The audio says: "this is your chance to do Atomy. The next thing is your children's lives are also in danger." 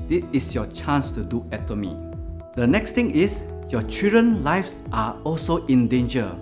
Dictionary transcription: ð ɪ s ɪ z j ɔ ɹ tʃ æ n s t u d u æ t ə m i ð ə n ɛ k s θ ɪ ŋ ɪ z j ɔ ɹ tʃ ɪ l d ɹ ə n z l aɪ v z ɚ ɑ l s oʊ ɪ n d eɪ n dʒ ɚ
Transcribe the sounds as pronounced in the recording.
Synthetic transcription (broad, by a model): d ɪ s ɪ s j ɔ tʃ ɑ n s t u d u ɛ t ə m i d ə n ɛ k s t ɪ ŋ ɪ s j ɔ tʃ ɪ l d ɹ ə n l aɪ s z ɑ ɑ l s oʊ ɪ n d eɪ n dʒ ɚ